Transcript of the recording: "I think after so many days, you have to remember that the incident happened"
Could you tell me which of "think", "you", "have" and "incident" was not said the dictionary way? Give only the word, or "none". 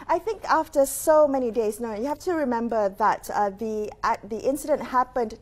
have